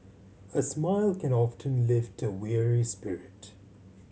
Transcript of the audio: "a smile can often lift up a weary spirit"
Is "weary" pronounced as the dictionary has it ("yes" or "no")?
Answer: yes